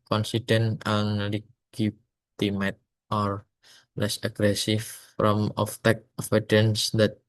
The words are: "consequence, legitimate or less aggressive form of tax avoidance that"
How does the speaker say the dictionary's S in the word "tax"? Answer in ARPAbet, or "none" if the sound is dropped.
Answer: none